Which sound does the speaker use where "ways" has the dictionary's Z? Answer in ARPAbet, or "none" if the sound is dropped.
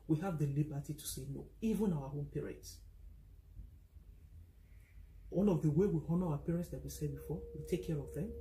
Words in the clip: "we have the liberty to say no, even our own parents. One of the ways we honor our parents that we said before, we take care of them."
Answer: none